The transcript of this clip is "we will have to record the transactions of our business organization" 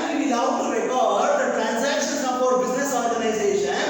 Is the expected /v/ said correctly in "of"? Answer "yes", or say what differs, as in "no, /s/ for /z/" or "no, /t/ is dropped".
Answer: no, /p/ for /v/